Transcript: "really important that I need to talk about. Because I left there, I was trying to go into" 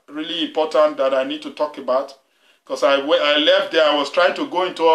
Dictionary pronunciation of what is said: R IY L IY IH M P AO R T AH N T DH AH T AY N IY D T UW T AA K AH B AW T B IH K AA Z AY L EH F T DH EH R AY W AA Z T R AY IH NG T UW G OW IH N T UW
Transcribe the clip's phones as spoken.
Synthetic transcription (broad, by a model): R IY L IY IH M P AO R T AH N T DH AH T AY N IY D T UW T AA K AH B AW T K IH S AA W AY L EH F T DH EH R AY W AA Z T R AY IH NG T UW G OW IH N T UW